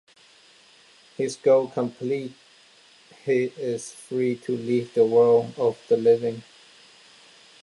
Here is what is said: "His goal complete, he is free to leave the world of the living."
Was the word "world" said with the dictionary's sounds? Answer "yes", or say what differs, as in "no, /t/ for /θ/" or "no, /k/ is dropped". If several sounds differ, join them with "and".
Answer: no, /d/ is dropped